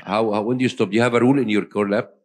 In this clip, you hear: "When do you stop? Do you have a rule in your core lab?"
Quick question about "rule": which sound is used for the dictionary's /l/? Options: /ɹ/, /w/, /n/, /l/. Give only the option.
/l/